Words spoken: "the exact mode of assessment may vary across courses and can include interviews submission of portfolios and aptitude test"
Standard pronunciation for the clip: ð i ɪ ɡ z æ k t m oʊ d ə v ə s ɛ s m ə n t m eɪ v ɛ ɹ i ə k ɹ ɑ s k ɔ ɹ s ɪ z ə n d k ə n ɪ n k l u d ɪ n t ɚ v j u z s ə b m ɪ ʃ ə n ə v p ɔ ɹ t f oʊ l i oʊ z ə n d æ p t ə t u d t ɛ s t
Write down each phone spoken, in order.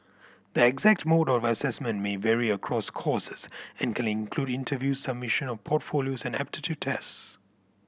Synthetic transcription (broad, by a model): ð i ɪ ɡ z æ k t m oʊ d ə v ə s ɛ s m ə n t m eɪ v ɛ ɹ i ə k ɹ ɑ s k ɔ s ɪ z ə n k ə n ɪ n k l u d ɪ n t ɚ v j u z s ə b m ɪ ʃ ə n ə v p ɔ t f oʊ l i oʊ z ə n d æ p t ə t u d t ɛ s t